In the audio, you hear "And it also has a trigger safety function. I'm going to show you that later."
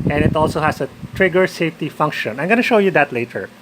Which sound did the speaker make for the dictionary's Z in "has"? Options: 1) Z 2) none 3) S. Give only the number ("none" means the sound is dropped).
3